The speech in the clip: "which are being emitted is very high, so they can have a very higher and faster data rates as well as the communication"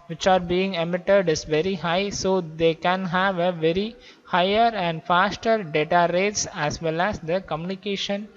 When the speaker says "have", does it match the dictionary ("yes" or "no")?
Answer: yes